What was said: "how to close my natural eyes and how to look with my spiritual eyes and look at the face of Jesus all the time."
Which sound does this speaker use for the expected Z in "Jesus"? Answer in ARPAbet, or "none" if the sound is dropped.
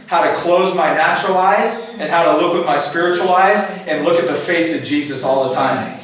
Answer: Z